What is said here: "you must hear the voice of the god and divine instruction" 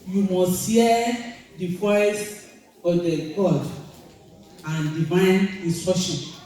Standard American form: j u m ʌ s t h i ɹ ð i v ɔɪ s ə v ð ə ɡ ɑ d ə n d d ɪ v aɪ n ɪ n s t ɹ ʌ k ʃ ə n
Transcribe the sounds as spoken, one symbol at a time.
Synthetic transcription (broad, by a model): j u m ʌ s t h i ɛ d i f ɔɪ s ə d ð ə ɡ ɑ d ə n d d ɪ v aɪ n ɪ n s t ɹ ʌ k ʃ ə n